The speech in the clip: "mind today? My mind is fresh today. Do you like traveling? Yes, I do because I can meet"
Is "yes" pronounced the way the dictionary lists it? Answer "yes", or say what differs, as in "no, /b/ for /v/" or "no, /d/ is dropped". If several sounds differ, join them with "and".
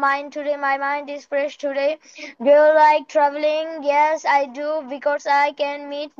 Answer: yes